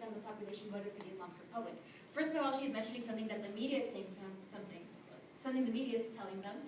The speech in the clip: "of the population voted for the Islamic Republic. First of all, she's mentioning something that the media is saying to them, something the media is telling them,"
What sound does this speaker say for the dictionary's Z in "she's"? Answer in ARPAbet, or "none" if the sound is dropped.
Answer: Z